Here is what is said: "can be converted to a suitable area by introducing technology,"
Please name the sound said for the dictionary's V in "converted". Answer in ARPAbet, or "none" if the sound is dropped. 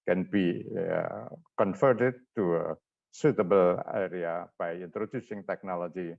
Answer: F